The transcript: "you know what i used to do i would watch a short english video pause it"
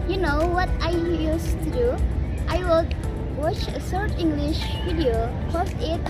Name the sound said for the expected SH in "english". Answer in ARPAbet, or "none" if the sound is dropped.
SH